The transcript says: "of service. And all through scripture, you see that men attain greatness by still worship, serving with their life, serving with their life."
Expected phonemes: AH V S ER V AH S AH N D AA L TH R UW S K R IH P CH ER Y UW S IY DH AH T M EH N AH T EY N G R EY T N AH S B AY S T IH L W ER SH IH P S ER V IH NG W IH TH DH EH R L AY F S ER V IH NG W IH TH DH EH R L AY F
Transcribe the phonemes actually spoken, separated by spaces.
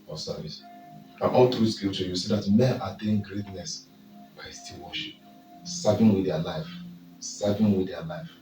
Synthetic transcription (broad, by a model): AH S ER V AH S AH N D AA L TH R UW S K IH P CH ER Y UW S IY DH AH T M EH N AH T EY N G R EY T N AH S B AY S T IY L W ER SH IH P S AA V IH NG W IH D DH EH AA L AY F S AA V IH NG W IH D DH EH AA L AY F